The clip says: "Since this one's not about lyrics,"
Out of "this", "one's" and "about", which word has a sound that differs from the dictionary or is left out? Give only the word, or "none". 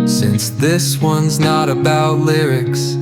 none